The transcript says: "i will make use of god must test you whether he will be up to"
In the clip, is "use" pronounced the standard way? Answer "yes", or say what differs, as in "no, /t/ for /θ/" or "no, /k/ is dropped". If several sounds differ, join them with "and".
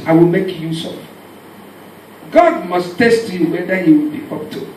yes